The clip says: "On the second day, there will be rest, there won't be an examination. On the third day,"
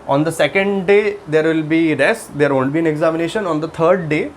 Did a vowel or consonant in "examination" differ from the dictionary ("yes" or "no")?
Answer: no